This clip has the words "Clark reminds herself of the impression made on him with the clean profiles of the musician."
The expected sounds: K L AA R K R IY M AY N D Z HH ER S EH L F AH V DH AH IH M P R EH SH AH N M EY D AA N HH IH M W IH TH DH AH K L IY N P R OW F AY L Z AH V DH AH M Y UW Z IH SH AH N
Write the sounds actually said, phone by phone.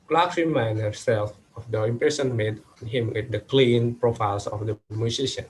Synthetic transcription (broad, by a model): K L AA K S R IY M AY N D HH ER S EH L F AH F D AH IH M P R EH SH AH N M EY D AA N HH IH M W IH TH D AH K L IY N P R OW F AY L S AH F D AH M Y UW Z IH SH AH N